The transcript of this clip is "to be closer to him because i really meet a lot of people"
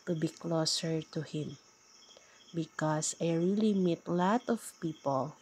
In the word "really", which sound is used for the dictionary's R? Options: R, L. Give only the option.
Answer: R